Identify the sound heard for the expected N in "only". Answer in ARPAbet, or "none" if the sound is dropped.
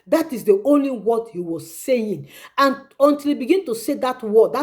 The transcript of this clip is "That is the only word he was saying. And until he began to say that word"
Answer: N